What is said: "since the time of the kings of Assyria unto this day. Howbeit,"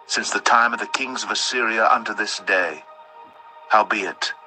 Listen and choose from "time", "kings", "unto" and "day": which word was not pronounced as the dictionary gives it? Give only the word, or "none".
none